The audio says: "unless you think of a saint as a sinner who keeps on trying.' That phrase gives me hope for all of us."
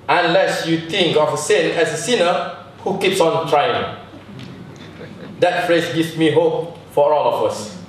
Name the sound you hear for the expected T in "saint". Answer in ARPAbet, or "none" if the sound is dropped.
none